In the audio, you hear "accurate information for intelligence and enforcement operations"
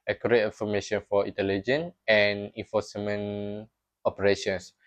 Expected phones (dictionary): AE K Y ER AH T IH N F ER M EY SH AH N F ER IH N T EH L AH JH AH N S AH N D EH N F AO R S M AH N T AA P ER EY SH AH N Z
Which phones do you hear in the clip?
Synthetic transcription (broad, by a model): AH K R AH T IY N F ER M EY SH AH N F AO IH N T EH L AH JH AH N AH N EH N F AO S M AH N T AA P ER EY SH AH N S